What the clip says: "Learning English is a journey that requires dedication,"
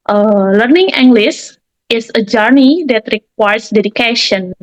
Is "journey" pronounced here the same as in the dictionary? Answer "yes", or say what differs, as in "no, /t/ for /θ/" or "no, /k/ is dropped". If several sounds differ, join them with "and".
yes